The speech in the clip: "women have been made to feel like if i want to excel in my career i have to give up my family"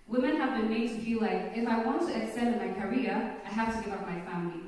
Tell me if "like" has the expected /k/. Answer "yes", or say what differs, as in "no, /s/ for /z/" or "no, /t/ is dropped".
yes